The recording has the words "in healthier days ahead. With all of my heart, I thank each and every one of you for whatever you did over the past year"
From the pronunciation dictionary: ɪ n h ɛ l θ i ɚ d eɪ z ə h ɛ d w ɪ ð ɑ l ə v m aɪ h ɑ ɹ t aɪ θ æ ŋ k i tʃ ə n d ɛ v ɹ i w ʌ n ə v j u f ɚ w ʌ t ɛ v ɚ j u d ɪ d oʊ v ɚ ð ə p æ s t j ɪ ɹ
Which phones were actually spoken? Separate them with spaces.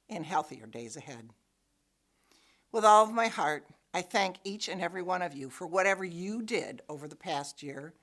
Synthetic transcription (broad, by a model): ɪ n h ɛ l θ i ɚ d eɪ z ə h ɛ d w ɪ ð ɑ l ə v m aɪ h ɑ ɹ t aɪ θ æ ŋ k i tʃ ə n ɛ v ɹ i w ʌ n ə v j u f ɚ w ʌ t ɛ v ɚ j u d ɪ d oʊ v ɚ ð ə p æ s t j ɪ ɹ